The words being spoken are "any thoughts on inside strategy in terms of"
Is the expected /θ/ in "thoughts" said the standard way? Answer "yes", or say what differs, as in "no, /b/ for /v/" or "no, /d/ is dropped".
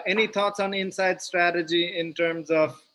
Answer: no, /t/ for /θ/